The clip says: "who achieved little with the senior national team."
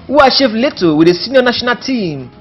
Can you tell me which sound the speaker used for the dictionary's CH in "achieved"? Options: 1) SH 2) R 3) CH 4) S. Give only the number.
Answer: 1